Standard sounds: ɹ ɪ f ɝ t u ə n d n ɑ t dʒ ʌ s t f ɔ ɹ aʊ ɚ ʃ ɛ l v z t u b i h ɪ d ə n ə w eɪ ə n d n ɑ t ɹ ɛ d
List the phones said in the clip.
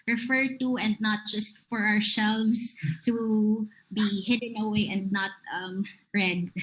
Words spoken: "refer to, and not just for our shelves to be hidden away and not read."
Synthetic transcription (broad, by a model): ɹ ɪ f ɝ t u ə n d n ɑ t dʒ ʌ s t f ɔ ɹ aʊ ɚ s ɛ l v s t u b i h ɪ d ə n ə w eɪ ə n d n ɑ t ɹ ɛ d